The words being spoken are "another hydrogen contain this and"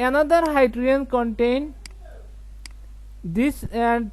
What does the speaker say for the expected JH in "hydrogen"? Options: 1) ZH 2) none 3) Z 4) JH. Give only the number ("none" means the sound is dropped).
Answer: 2